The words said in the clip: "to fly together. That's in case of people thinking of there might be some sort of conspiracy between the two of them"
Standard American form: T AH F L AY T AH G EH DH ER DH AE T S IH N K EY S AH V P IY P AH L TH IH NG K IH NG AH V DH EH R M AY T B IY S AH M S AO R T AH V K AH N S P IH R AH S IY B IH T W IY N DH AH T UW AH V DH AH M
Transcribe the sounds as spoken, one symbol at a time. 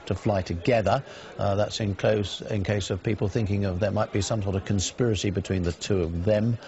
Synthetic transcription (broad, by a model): T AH F L AY T AH G EH DH ER DH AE T S IH N K EY S AH V P IY P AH L TH IH NG K IH NG AH V DH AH R M AY T B IY S AH M S AO R T AH V K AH N S P IH R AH S IY B IH T W IY N DH AH T UW AH V DH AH M